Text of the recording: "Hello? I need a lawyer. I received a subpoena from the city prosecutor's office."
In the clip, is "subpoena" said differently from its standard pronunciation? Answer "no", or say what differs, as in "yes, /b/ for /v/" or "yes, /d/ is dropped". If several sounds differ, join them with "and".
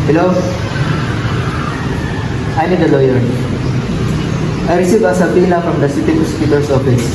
yes, /l/ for /n/